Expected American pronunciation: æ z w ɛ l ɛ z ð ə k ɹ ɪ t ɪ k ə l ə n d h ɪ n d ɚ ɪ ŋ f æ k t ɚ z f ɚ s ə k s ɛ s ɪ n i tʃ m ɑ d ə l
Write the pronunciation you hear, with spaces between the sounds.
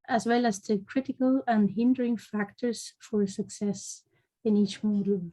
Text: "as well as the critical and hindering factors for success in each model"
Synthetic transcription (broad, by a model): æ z w ɛ l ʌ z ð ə k ɹ ɪ t ɪ k ə l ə n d h ɪ n d ɚ ɪ ŋ f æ k t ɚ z f ɚ s ə k s ɛ s ɪ n i tʃ m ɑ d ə l